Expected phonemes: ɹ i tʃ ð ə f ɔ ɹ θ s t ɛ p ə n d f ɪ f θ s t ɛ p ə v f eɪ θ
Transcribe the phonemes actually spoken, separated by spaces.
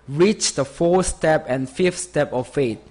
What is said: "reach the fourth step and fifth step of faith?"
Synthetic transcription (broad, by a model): ɹ i tʃ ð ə f ɔ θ s t ɛ p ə n f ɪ f t s t ɛ p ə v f eɪ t